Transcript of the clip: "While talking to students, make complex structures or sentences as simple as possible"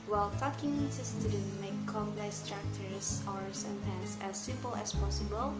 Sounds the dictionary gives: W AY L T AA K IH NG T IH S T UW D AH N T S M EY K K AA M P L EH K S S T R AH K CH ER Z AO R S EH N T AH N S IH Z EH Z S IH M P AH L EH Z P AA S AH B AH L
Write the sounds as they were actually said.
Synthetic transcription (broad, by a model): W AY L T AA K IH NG S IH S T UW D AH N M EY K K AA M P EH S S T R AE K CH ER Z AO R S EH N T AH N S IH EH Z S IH M P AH L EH S P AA S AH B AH L